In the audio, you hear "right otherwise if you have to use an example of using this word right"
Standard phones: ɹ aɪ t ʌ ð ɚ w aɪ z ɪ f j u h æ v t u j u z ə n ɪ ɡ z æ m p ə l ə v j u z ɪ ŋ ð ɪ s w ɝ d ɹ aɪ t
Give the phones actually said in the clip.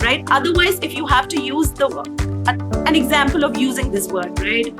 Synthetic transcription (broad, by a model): ɹ aɪ t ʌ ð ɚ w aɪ z ɪ f j u h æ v t u j u z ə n ɪ ɡ z æ m p ə l ə v j u z ɪ ŋ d ɪ s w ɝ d ɹ aɪ t